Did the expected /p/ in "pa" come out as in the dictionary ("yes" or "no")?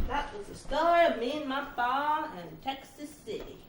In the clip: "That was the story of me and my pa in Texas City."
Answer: no